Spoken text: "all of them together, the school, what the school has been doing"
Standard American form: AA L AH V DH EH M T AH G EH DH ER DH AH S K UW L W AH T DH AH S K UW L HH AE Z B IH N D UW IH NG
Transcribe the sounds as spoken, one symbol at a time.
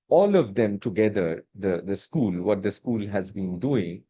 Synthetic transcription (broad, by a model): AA L AH V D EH M T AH G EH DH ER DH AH S K UW L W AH T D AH S K UW L HH AE Z B IH N D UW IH NG